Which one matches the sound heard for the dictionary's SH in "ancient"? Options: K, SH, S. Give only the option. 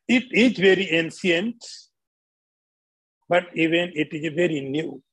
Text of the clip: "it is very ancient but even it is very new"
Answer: S